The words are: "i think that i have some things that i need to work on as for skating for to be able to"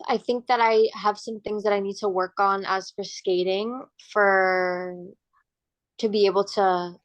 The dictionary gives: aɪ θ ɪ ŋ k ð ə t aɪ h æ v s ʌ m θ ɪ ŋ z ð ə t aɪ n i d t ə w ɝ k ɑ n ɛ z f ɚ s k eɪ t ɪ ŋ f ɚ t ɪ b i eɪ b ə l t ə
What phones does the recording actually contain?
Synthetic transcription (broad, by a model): aɪ θ ɪ ŋ k ð ə t aɪ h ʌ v s ʌ m θ ɪ ŋ z ð ə t aɪ n i d t ə w ɝ k n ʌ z f ɚ s k eɪ t ɪ ŋ f ɚ t ɪ b i eɪ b l t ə